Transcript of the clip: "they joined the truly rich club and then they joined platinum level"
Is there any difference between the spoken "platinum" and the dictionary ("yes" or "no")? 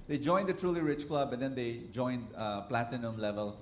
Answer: no